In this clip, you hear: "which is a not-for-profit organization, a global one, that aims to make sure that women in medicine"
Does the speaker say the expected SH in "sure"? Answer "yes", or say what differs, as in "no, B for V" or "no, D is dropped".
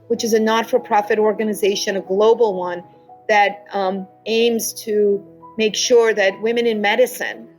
yes